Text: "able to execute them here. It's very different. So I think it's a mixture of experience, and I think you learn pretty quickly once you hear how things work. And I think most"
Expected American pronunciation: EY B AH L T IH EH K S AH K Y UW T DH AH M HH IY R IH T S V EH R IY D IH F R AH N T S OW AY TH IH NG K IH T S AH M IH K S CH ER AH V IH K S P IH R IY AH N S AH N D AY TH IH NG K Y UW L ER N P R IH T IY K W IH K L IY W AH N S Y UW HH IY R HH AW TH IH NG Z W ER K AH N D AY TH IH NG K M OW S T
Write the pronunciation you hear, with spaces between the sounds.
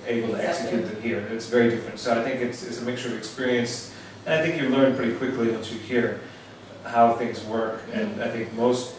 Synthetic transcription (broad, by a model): EY B L T IH EH K S AH K Y UW T DH AH M HH IY R IH T S V EH R IY D IH F R AH N T S OW AY TH IH NG K IH T S AH M IH K S CH ER AH V IH K S P IH R IY AH N S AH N AY TH IH NG K Y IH L ER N P R IH T IY K W IH K L IY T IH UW HH IY R HH AW TH IH NG Z W ER K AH N AY TH IH NG K M OW S T